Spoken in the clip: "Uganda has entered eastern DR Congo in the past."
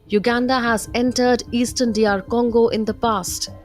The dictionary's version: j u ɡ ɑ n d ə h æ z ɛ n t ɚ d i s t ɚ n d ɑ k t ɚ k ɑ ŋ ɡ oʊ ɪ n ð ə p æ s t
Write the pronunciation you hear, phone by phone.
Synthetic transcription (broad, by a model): j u ɡ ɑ n d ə h æ z ɛ n t ɚ d i s t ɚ n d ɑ t k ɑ ŋ ɡ oʊ ɪ n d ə p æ s t